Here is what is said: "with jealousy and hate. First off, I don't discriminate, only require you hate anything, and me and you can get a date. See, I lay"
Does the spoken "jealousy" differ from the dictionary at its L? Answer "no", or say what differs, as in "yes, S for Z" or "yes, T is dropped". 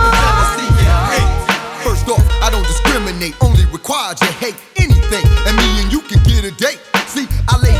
yes, L is dropped